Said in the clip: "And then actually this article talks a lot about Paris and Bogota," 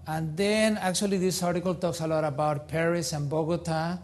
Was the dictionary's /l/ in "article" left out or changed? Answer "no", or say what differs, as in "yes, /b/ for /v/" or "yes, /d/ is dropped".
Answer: no